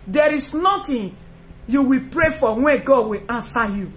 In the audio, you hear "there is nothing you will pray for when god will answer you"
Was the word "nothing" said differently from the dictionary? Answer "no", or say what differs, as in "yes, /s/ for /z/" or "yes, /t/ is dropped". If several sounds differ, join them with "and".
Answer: yes, /t/ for /θ/